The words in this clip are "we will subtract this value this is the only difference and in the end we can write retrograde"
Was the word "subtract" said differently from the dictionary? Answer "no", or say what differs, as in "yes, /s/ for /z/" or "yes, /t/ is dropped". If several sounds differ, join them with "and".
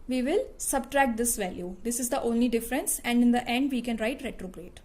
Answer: no